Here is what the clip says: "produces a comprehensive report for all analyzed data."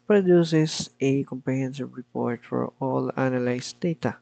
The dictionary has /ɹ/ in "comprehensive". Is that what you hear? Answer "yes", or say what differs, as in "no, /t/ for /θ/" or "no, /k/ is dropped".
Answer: no, /l/ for /ɹ/